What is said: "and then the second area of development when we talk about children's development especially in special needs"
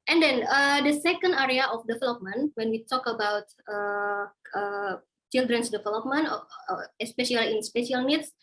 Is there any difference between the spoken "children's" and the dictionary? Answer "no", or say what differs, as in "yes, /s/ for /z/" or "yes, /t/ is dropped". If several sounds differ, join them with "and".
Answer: yes, /s/ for /z/